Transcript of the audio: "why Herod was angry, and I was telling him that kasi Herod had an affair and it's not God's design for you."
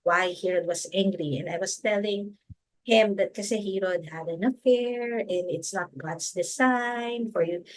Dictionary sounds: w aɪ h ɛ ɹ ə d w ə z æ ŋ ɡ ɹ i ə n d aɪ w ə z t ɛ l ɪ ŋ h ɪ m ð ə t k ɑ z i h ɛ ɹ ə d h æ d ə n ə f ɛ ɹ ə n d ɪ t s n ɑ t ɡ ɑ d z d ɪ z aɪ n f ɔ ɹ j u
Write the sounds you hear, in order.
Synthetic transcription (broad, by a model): w aɪ h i ɹ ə d w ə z æ ŋ ɡ ɹ i ə n d aɪ w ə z t ɛ l ɪ ŋ h ɪ m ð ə t k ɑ s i h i ɹ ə d h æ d ə n ə f ɛ ɹ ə n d ɪ t s n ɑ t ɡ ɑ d s d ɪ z aɪ n f ɔ ɹ j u